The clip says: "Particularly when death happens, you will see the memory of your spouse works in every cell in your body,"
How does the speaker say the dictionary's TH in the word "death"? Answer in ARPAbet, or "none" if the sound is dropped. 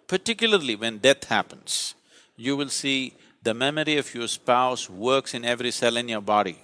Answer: T